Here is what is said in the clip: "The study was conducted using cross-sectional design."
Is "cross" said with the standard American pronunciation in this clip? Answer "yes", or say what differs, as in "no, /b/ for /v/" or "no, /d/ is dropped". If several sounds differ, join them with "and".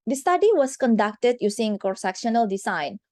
no, /ɹ/ is dropped